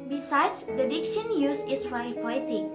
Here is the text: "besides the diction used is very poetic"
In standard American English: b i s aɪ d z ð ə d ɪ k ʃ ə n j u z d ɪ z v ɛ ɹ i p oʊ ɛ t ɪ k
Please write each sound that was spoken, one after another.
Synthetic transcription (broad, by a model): b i s aɪ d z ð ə d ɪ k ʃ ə n j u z ɪ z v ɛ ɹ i p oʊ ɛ t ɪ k